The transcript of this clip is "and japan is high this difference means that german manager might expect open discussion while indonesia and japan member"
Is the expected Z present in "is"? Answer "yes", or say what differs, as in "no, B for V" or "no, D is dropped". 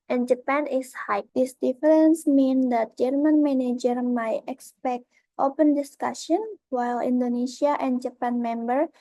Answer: no, S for Z